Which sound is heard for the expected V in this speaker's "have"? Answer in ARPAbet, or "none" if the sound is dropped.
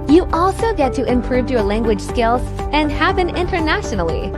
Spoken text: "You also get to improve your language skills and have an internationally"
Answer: P